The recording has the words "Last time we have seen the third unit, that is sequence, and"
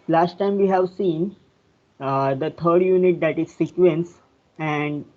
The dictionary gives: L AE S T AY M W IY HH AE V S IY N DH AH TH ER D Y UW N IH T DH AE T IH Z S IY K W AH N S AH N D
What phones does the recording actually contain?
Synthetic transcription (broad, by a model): L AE S T AY M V IY HH AE V S IY N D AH T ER D Y UW N IH T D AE T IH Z S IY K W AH N S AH N D